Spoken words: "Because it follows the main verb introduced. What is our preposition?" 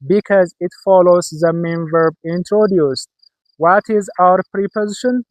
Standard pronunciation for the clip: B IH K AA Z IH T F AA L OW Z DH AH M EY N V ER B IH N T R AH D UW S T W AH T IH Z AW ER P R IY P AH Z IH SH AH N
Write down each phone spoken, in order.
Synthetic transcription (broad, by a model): B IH K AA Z IH T F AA L OW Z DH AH M EY N V ER B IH N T R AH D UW S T W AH T IH Z AW ER P R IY P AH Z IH SH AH N